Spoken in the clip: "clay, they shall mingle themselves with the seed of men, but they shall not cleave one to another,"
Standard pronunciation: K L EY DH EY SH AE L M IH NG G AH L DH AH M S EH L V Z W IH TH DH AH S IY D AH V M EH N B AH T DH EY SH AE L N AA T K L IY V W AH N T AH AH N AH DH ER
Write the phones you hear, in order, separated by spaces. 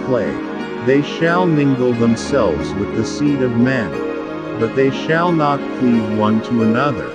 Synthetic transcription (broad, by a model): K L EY DH EY SH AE L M IH NG G L DH AH M S EH L V Z W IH DH AH S IY D AH V M EH N B AH T DH EY SH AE L N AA T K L IY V W AH N T AH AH N AH DH ER